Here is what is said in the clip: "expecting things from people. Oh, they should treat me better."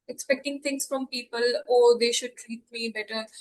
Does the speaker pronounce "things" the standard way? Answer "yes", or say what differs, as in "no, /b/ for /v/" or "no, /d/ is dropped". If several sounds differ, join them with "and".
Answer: no, /t/ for /θ/